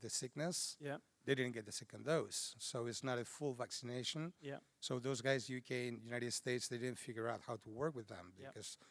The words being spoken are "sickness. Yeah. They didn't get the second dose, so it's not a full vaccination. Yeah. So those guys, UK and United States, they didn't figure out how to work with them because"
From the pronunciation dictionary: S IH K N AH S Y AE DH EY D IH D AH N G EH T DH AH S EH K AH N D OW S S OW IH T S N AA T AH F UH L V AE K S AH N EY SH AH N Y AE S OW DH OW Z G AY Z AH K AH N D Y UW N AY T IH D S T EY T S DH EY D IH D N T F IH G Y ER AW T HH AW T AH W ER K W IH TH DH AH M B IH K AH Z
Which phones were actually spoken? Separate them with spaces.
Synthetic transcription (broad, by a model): S IH K N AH S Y DH EY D IH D N G EH T DH AH S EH K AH N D OW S S OW IH T S N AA T AH F UH L V AE K S AH N EY SH AH N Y S OW DH OW Z G AY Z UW K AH N Y UW N AY T IH D S T EY T S DH EY D IH D N T F IH G Y ER AW T HH AW T AH W ER K W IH DH AH M B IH K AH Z